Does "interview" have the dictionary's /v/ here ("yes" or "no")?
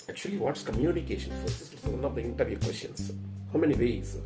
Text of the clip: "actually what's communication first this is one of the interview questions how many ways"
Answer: yes